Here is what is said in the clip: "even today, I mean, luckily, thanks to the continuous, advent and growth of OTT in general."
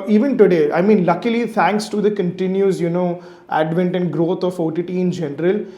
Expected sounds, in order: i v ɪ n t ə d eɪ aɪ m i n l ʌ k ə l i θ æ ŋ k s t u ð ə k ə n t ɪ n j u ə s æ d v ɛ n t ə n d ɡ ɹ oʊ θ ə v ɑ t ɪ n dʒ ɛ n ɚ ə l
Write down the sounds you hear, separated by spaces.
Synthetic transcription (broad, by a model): i v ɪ n t ə d eɪ aɪ m i n l ʌ k ə l i t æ ŋ k s t u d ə k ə n t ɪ n j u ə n æ d v ɛ n t ə n d ɡ ɹ oʊ f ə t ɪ t ɪ n dʒ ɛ n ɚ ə l